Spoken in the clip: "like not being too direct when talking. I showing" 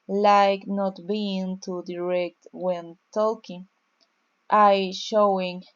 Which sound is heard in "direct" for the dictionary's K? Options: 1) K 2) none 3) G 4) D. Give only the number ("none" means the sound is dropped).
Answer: 1